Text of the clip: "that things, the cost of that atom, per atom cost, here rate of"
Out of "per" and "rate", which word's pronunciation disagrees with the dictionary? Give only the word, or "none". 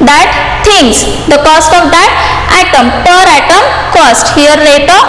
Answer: rate